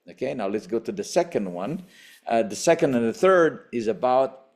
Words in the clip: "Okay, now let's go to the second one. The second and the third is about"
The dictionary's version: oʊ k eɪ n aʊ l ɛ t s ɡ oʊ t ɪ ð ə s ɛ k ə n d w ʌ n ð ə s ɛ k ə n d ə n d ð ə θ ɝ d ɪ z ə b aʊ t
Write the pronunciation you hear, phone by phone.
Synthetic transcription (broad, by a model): oʊ k eɪ n aʊ l ɛ t s ɡ oʊ t ɪ ð ə s ɛ k ə n d w ʌ n ð ə s ɛ k ə n d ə n ð ə θ ɝ d ɪ z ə b aʊ t